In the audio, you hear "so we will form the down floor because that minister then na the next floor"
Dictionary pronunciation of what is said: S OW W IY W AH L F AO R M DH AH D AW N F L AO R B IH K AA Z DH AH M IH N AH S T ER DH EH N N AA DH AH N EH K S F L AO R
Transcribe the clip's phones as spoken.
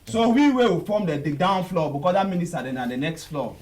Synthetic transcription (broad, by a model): S OW W IY W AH W F AO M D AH D AW N F L AO B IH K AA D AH M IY N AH S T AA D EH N N AA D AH N EH K S F L AO